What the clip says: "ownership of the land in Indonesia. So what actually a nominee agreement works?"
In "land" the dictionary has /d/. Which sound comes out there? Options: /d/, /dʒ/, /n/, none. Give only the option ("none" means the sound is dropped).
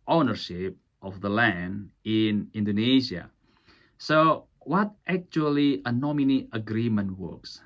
/d/